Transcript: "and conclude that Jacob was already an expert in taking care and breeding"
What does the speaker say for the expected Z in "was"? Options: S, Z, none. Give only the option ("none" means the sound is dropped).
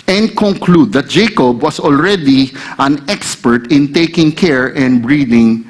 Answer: S